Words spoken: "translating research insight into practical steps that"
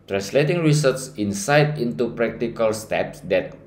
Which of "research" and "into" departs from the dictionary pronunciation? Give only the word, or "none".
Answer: research